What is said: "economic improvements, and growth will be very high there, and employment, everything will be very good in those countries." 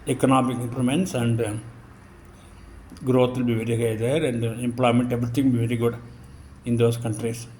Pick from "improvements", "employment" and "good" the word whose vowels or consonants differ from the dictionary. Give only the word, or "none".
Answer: improvements